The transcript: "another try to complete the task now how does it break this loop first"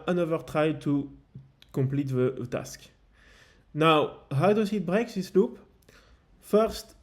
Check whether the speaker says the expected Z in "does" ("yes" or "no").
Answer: no